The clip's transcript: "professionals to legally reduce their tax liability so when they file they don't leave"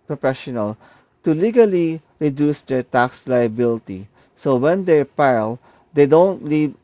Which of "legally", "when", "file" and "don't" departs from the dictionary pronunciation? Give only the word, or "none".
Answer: file